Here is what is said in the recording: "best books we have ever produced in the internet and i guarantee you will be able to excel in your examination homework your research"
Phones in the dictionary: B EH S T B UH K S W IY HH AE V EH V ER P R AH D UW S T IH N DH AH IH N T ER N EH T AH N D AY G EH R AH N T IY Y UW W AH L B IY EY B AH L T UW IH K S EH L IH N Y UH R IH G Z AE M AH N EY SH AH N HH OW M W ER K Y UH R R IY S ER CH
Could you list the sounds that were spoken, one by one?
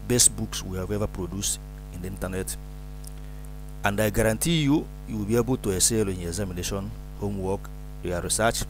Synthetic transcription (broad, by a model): B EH S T B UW K S W IY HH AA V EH V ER P R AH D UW S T IH N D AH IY N T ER N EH T AH N D AY G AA R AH N T IY Y UW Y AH W B IY EY B AH L T UW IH S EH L IH N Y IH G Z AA M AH N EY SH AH N HH OW M W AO K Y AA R R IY S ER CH